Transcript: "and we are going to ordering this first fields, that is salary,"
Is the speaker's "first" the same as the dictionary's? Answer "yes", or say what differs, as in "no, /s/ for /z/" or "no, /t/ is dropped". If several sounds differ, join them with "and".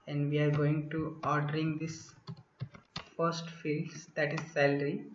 yes